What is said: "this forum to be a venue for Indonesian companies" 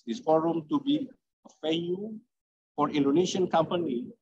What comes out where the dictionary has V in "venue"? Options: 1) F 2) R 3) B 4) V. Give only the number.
1